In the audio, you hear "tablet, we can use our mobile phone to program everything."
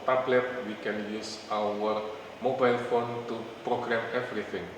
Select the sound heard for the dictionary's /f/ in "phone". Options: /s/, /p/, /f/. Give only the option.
/f/